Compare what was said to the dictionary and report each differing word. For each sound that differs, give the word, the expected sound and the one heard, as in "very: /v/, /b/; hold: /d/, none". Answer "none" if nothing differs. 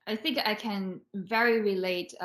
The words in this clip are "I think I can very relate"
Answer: none